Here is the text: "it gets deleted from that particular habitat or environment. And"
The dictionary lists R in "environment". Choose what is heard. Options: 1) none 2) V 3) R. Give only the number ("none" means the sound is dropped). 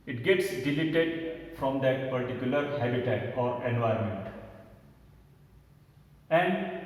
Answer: 1